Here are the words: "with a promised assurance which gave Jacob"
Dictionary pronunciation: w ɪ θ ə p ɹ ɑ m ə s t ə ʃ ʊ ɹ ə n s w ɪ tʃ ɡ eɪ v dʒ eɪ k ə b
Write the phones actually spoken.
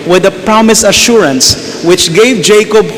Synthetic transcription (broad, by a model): w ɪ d ə p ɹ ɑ m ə s ə ʃ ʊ ɹ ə n s w ɪ tʃ ɡ eɪ v dʒ eɪ k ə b